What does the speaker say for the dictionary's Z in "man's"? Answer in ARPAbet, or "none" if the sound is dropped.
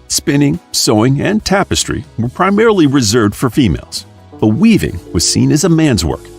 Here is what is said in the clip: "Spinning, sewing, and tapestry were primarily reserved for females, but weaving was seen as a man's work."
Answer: Z